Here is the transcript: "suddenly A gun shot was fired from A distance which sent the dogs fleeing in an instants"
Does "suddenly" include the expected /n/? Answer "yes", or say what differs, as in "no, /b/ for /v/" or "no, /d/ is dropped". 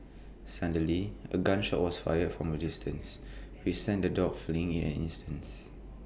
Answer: no, /n/ is dropped